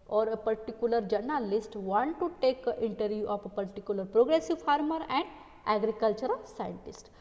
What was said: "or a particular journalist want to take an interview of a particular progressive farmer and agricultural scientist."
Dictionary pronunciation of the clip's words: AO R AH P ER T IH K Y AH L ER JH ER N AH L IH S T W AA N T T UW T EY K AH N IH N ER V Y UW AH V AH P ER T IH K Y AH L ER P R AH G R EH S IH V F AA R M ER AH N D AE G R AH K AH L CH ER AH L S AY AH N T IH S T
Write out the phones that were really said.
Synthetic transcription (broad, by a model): AO R AH P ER T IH K Y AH L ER JH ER N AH L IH S T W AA N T T UW T EY K AH N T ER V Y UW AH P AH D T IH K Y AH L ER P R AH G R EH S IH V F AA R M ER AH N D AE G R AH K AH L CH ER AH L S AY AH N T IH S T